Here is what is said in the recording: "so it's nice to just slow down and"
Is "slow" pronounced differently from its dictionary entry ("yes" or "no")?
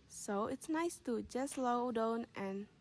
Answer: no